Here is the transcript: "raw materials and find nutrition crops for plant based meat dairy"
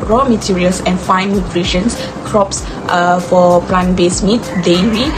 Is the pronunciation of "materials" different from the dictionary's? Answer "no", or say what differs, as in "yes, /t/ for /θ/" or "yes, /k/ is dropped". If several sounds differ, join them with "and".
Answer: yes, /s/ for /z/